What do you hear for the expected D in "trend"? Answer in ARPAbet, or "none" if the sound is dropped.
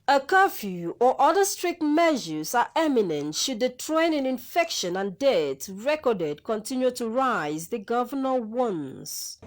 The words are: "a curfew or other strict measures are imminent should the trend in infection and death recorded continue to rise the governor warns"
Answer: none